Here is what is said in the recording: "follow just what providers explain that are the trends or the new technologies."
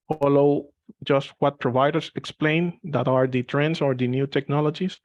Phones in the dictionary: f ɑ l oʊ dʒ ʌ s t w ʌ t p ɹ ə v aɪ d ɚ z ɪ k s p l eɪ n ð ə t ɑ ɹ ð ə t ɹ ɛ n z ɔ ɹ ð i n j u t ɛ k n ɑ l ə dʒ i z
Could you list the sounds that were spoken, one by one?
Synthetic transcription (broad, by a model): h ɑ l oʊ dʒ ʌ s t w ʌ t p ɹ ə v aɪ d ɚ s ɪ k s p l eɪ n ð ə t ɑ ɹ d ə t ɹ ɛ n s ɔ ɹ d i n j u t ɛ k n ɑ l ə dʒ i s